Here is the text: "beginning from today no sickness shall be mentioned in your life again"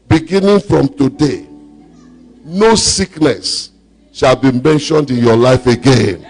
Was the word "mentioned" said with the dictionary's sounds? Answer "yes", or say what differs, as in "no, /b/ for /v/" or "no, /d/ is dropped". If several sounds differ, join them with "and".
yes